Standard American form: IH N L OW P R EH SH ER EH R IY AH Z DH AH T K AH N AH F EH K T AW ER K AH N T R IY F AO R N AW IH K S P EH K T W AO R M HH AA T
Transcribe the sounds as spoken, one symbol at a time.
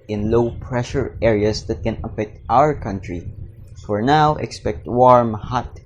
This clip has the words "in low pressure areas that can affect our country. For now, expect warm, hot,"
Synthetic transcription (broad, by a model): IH N L OW P R EH SH ER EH R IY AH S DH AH T K AH N AH F EH K T AW ER K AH N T R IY F AO R N AW IH K S P EH K T W AO R M HH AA T